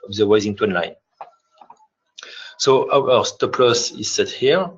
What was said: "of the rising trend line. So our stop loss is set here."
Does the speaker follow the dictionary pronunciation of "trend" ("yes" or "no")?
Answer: no